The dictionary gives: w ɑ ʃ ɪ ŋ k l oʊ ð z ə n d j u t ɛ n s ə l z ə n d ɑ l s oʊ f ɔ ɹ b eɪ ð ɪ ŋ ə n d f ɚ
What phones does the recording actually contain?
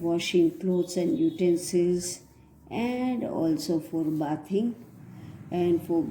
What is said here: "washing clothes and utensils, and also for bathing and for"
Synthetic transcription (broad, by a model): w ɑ ʃ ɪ ŋ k l oʊ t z ə n d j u t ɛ n s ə z ə n d ɑ l s oʊ f ɔ ɹ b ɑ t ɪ ŋ ə n d f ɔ